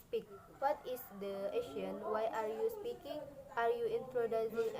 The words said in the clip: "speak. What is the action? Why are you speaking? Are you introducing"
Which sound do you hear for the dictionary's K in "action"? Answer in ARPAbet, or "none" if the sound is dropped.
none